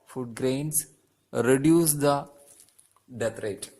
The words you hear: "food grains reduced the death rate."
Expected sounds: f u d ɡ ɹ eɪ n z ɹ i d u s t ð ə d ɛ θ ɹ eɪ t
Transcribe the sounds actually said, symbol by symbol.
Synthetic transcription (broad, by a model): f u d ɡ ɹ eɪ n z ɹ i d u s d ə d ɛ t ɹ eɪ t